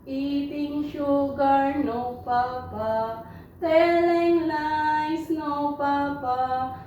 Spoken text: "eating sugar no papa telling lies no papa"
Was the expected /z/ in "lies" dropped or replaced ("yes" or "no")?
yes